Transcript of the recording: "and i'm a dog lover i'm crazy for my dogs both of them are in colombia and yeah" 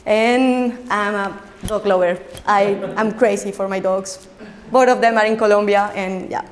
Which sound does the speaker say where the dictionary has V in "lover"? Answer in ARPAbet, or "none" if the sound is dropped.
W